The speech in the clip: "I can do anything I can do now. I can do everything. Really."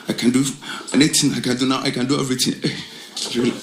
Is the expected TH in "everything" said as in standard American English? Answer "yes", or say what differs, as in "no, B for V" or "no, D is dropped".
no, T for TH